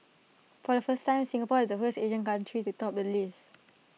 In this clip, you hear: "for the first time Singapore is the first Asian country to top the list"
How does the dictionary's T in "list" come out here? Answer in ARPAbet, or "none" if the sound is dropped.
none